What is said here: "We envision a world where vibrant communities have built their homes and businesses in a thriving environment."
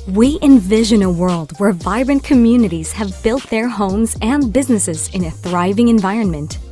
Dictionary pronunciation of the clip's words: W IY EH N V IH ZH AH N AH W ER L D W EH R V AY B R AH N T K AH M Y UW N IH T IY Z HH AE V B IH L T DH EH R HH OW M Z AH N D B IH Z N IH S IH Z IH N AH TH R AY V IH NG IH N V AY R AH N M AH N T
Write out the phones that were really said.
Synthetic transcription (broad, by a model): W IY EH N V IH ZH AH N AH W ER L D W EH R V AY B R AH N K AH M Y UW N IH T IY Z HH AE V B IH L T DH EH R HH OW M Z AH N B IH Z N IH S IH Z IH N AH TH R AY V IH NG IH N V AY R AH N M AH N T